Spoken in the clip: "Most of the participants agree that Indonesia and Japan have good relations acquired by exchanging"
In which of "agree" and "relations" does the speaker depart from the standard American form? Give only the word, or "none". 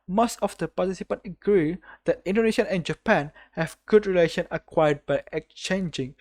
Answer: relations